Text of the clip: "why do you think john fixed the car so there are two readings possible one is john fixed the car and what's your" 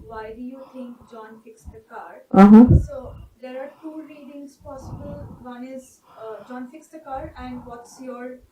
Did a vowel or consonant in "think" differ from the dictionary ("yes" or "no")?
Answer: yes